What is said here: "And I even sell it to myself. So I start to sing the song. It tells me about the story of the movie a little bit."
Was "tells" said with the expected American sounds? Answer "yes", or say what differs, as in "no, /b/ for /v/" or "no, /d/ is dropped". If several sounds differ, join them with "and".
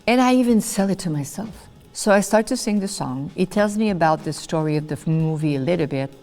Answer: yes